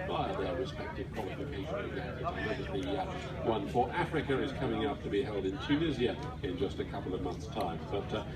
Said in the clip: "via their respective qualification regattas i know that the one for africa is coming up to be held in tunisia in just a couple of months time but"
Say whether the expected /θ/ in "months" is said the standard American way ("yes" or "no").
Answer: yes